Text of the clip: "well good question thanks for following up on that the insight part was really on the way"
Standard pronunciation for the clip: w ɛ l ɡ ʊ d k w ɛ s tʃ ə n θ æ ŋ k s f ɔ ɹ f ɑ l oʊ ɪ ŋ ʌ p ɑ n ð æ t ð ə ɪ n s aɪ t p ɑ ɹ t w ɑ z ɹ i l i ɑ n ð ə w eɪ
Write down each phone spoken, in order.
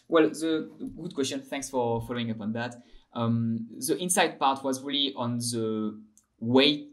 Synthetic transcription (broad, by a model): w ɛ l ɡ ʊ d k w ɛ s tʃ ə n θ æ ŋ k s f ɔ ɹ f ɑ l oʊ ɪ ŋ ʌ p ɑ n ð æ t ð ə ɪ n s aɪ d p ɑ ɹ t w ɑ z ɹ i l i ɑ n ð ə w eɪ